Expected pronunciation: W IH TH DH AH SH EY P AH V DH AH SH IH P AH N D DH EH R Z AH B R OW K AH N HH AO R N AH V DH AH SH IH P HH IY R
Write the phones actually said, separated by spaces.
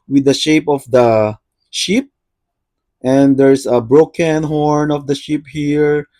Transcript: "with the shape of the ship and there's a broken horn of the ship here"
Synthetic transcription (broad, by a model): W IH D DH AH SH EY P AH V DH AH SH IH P AH N D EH R S AH B R OW K AH N HH AO R N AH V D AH SH IH P HH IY R